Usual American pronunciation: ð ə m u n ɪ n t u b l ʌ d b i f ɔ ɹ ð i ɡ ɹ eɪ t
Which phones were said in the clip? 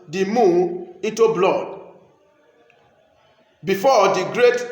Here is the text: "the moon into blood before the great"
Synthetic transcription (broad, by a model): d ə m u ɪ n t u b l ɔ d b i f ɔ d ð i ɡ ɹ eɪ t